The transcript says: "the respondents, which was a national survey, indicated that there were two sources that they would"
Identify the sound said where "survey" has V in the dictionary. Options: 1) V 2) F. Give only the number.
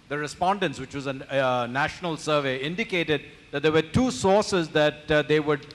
1